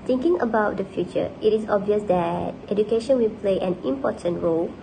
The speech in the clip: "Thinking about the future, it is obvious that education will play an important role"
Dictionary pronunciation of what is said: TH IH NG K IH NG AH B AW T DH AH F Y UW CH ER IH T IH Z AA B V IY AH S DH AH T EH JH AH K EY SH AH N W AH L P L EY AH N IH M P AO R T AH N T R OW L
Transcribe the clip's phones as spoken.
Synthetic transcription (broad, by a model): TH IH NG K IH NG AH B AW T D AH F Y UW CH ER IH T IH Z AA B V IY AH S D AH T EH JH AH K EY SH AH N W AH L P L EY AH N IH M P AO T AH N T R OW L